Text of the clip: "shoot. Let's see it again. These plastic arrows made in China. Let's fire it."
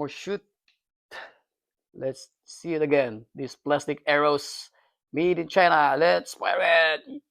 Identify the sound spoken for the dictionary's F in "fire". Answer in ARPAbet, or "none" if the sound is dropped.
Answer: P